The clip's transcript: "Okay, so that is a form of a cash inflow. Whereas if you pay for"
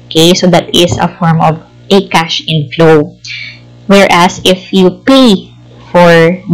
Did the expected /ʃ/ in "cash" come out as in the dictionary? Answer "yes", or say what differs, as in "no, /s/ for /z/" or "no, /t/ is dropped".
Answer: yes